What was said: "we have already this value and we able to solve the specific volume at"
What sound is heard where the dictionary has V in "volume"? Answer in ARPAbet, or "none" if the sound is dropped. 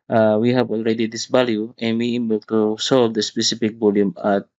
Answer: B